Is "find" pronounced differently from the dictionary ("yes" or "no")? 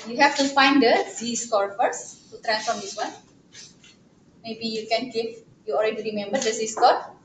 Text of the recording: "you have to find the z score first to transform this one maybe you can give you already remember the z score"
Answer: no